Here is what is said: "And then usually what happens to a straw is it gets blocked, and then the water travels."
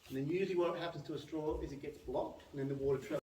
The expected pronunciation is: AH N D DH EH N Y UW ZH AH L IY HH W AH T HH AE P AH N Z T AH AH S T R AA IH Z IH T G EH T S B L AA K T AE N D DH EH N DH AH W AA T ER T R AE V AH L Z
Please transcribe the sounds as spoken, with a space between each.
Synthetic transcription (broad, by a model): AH N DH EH N Y UW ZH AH W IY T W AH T HH AE P AH N Z T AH AH S T R AA IH Z IH T G EH T S B L AA K T N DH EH N DH AH W AA T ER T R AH